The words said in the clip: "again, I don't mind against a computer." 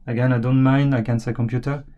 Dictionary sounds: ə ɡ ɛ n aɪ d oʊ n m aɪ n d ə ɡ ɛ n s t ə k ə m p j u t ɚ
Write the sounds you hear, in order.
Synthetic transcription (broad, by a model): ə ɡ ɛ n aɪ d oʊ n m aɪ n ə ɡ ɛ n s ə k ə m p j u t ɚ